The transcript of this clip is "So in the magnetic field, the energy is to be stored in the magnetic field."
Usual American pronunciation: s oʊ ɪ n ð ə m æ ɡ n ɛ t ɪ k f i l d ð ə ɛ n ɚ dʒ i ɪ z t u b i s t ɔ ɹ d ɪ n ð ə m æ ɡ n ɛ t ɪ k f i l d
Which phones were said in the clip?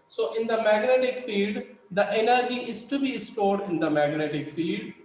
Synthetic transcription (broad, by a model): s oʊ ɪ n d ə m æ ɡ n ɛ t ɪ k f i l d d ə ɛ n ɚ dʒ i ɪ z t u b i s t ɔ ɹ d ɪ n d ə m æ ɡ n ɛ t ɪ k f i l d